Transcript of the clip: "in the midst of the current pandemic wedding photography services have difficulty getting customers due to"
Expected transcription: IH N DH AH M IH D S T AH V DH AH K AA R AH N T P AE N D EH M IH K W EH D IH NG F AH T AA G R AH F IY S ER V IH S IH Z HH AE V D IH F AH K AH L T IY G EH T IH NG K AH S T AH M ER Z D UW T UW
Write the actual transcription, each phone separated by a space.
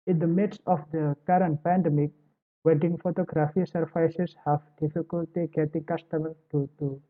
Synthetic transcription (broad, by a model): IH N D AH M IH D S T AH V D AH K AA R AH N T P AE N D EH M IH K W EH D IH NG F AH T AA G R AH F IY S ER F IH S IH S HH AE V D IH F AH K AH L T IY G EH T IH NG K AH S T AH M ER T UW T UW